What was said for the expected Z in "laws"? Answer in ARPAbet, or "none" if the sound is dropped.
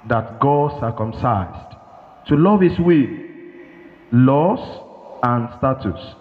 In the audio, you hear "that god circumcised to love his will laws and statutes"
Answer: S